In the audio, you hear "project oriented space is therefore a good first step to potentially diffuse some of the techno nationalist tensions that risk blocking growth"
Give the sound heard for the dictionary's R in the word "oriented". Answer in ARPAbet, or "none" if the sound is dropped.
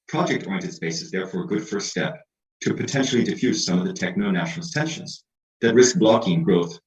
none